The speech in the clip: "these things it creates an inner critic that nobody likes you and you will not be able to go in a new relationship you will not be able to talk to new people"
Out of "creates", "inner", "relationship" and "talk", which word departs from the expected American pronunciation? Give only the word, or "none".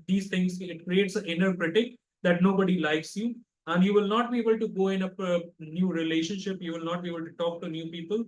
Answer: none